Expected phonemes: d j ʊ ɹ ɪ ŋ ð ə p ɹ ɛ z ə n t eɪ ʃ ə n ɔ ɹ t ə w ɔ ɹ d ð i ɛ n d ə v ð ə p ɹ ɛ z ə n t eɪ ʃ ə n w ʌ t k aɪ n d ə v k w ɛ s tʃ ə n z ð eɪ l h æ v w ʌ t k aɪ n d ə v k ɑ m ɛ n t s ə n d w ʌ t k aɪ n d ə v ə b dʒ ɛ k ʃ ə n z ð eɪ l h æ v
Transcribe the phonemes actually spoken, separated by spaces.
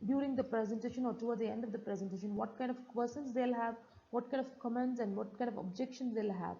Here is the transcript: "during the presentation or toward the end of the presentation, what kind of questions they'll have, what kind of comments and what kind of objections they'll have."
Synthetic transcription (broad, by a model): d j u ɹ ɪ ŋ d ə p ɹ ɛ z ə n t eɪ ʃ ə n ɔ ɹ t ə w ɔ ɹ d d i ɛ n d ə v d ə p ɹ ɛ z ə n t eɪ ʃ ə n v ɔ t k aɪ n d ə v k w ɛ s ə n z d eɪ l h æ v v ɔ t k aɪ n d ə v k ɑ m ɛ n t s ə n d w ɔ t k aɪ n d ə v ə b dʒ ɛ k ʃ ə n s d eɪ l h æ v